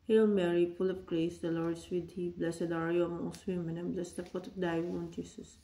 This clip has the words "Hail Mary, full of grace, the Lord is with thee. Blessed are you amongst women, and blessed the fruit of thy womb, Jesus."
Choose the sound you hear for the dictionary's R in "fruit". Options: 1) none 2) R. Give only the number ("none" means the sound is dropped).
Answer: 1